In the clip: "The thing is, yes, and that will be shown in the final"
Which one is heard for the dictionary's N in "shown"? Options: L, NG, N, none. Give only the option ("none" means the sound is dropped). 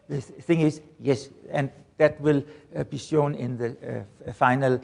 N